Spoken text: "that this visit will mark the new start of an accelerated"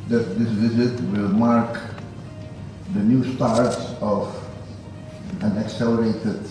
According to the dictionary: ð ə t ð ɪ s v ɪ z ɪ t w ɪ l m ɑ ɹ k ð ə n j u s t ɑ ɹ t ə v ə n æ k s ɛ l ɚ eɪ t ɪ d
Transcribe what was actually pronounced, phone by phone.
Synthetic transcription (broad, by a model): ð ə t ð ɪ s v ɪ z ɪ t w ɪ l m ɑ ɹ k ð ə n j u s t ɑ ɹ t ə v ə n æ k s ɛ l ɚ eɪ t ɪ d